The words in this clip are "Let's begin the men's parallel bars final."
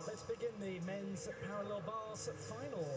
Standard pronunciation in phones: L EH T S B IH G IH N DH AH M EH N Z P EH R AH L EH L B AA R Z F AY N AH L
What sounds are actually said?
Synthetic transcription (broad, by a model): L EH T S B IH G IH N DH AH M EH N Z P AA R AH L EH L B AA L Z F AY N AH L